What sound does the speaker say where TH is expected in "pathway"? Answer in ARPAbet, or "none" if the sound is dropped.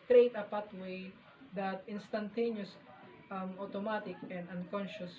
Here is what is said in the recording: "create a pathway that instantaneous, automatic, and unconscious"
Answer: T